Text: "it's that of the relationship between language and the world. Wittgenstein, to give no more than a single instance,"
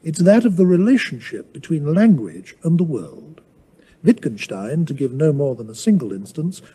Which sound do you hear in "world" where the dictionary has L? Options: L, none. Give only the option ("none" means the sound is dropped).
L